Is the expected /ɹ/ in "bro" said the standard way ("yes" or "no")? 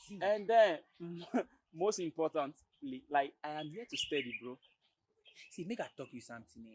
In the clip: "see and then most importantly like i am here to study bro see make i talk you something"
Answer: yes